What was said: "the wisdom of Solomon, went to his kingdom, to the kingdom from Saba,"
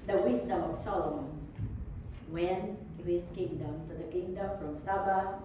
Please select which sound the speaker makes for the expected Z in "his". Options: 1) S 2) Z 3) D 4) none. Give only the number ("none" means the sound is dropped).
1